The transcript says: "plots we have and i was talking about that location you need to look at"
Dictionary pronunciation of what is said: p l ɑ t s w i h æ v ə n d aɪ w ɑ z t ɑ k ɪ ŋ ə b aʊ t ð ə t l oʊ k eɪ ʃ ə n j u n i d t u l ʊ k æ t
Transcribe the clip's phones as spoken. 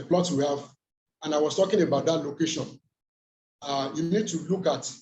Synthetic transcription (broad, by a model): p l ɑ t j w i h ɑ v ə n aɪ w ɑ s t ɑ k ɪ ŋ ə b aʊ t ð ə t l oʊ k eɪ ʃ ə n j u n i d t u l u k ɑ t